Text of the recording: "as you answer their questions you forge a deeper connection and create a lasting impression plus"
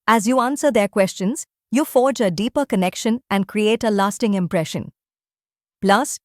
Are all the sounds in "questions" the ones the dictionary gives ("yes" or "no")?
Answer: yes